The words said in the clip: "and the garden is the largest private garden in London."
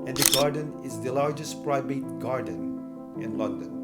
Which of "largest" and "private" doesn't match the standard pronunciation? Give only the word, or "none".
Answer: private